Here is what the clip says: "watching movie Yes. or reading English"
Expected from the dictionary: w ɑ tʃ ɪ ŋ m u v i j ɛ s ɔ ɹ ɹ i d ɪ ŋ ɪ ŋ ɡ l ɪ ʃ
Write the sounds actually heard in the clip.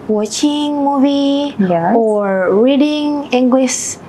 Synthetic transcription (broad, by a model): w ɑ tʃ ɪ ŋ m u v i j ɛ ɔ ɹ ɹ i d ɪ ŋ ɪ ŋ ɡ l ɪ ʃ